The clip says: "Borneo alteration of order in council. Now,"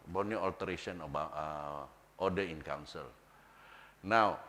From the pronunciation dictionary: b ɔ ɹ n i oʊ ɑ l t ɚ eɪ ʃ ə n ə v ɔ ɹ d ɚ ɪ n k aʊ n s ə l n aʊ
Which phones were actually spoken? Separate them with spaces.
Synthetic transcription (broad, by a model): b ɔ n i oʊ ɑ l t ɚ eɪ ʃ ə n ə b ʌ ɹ d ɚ ɪ n k aʊ n s ə l n aʊ